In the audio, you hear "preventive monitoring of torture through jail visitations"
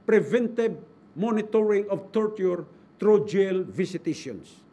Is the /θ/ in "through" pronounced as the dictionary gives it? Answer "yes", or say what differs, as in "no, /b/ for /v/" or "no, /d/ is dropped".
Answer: no, /t/ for /θ/